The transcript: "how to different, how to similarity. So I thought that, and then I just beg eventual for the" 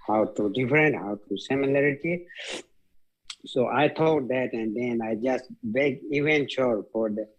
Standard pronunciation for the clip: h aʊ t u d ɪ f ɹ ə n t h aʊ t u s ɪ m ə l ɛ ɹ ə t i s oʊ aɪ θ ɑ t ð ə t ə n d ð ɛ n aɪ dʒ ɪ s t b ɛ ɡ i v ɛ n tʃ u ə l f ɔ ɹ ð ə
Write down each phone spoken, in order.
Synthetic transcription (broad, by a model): h aʊ t u d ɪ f ɹ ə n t h aʊ t u s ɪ m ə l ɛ ɹ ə t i s oʊ aɪ t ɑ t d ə t ə n d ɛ n aɪ dʒ ɪ s t b ɛ ɡ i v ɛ n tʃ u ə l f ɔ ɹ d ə